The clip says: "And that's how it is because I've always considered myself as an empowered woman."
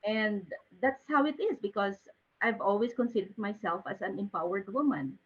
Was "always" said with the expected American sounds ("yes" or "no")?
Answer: no